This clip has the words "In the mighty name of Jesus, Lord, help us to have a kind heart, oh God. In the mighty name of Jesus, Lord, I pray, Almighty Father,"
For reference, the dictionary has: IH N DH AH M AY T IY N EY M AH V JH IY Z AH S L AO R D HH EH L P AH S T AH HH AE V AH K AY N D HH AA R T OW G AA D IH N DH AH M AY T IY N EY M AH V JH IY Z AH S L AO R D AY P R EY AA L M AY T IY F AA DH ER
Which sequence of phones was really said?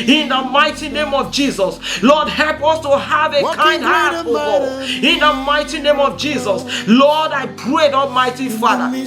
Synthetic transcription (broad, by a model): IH N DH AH M AY T IY N EY M AH V JH IY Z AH S L AO D HH EH L P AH S T AH HH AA V AH K AY N D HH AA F OW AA IH N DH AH M AY T IY N EY M AH V JH IY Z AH S L AO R D AY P R EY AA L M AY T IY F AA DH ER